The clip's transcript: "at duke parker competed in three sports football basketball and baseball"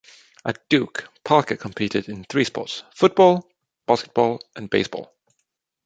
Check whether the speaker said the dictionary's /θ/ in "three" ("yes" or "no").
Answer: yes